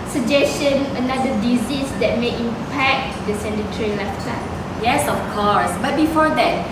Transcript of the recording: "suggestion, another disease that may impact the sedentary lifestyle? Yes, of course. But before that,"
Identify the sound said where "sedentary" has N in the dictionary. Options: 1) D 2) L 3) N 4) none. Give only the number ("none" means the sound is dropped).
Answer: 4